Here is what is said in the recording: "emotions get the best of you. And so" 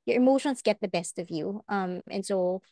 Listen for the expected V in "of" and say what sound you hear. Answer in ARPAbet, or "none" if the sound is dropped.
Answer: V